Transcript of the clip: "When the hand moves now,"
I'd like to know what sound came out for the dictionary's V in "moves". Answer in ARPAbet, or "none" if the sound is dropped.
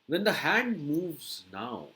V